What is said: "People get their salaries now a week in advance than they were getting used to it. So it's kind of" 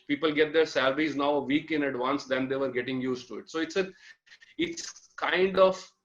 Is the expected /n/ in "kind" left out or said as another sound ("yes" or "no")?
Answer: no